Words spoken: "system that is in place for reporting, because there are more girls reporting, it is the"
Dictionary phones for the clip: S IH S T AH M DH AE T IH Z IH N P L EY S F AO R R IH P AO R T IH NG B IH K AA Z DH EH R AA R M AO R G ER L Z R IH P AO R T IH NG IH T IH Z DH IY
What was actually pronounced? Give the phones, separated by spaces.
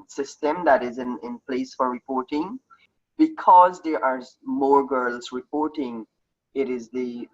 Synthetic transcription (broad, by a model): S IH S T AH M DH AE T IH Z IH N P L EY S F AO R R IH P AO R T IH NG B IH K AA Z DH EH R AA R M AO R G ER L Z R IH P AO R T IH NG IH T IH Z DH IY